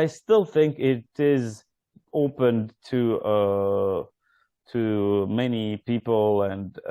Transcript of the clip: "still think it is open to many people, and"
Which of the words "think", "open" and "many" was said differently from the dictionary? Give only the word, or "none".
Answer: none